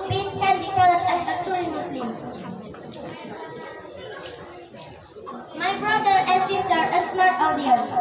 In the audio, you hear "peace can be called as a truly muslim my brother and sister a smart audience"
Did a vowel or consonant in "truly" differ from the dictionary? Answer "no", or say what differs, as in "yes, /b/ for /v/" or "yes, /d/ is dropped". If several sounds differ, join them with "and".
yes, /ɹ/ is dropped